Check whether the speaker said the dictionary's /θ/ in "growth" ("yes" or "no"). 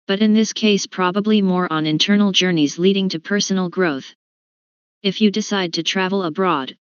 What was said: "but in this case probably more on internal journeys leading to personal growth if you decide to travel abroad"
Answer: yes